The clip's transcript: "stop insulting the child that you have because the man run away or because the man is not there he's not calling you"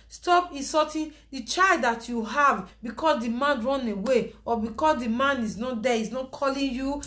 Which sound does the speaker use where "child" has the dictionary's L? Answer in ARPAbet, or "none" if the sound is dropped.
L